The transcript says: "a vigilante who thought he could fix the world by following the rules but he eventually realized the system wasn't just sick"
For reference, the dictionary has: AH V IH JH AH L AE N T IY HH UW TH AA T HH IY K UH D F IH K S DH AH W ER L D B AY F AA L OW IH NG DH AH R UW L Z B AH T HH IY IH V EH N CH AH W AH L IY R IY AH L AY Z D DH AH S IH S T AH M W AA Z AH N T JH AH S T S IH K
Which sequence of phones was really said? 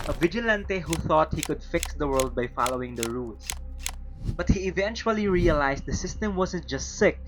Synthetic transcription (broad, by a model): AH V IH JH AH L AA N T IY HH UW TH AA T HH IY K UH D F IH K S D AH W ER L D B AY F AA L OW IH NG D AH R UW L S B AH T HH IY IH V EH N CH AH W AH L IY R IY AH L AY S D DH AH S IH S T AH M W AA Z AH N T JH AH S T S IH K